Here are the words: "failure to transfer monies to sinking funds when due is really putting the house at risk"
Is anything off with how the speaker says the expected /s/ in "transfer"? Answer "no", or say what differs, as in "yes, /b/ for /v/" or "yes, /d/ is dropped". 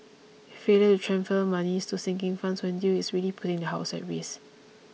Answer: yes, /s/ is dropped